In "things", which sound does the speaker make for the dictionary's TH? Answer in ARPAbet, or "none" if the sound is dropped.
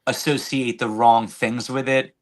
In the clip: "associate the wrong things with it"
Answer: TH